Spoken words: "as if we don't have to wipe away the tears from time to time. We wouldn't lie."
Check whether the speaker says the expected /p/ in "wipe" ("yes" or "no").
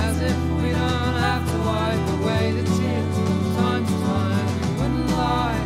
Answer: no